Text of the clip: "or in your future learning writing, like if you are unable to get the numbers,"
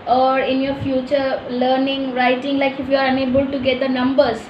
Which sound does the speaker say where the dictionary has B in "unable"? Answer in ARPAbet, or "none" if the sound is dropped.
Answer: B